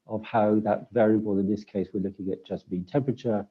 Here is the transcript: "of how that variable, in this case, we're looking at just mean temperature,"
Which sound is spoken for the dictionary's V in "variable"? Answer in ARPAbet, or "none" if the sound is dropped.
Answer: V